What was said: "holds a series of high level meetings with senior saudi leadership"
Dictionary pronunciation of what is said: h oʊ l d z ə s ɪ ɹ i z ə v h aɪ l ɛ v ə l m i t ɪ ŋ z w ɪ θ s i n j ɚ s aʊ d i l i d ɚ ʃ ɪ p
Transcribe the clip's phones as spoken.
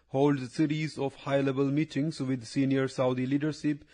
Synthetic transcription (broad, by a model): h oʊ l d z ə s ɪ ɹ i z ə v h aɪ l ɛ b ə l m i t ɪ ŋ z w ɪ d s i n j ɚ s aʊ d i l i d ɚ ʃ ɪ p